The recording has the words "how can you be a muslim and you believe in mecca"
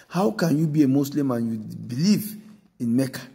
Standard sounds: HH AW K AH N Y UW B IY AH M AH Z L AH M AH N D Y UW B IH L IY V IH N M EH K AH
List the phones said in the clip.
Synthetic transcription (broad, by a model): HH AW K AH N Y UW B IY AH M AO S L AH M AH N Y UW B IH L IY V IH N M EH K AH